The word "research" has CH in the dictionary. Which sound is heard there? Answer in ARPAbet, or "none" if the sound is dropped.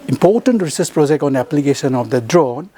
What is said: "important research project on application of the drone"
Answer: S